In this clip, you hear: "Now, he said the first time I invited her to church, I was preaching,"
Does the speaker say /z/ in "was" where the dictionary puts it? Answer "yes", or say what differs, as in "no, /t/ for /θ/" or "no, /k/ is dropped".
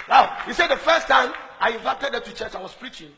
no, /s/ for /z/